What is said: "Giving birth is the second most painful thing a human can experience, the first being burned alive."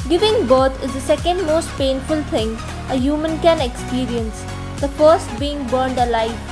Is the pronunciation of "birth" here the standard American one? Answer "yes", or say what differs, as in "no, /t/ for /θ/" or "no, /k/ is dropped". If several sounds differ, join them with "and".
no, /t/ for /θ/